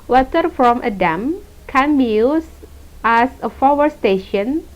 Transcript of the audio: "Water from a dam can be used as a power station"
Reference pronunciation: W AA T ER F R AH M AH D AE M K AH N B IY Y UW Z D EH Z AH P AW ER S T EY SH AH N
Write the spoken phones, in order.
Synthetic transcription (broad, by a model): W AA T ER F R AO M AH D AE M K AH N B IY Y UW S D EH S AH F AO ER S T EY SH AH N